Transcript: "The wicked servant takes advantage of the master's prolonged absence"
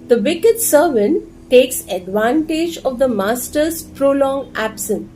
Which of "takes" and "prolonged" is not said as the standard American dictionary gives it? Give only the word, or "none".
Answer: prolonged